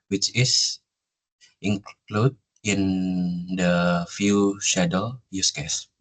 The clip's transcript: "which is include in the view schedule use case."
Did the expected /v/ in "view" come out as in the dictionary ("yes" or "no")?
no